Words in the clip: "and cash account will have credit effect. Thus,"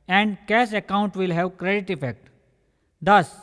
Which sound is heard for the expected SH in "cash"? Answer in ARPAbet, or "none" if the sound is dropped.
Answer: S